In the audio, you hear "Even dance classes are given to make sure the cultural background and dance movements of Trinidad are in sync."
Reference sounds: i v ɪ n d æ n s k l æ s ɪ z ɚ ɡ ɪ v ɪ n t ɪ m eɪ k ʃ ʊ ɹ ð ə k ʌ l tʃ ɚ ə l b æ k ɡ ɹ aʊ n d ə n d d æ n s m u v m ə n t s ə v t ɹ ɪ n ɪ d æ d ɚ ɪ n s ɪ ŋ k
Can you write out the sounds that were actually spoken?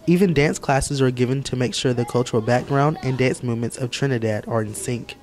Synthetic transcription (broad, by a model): i v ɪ n d æ n s k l æ s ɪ z ɚ ɡ ɪ v ɪ n t ɪ m eɪ k ʃ ʊ ɹ ð ə k ʌ l tʃ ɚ l b æ k ɡ ɹ aʊ n d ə n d d æ n s m u v m ə n t s ə v t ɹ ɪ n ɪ d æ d ɚ ɪ n s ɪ ŋ k